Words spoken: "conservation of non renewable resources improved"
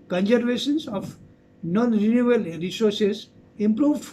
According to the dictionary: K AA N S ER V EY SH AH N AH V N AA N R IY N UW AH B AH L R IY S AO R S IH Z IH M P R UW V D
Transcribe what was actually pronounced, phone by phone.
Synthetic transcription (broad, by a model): K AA N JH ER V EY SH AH N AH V N AA N R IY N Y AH AH L R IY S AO R S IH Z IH M P R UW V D